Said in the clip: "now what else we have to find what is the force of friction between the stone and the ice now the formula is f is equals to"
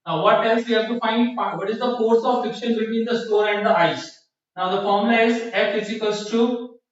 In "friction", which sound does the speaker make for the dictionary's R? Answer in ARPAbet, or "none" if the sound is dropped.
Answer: none